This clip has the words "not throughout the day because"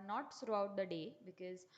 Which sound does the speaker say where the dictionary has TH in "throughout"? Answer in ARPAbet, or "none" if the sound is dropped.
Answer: S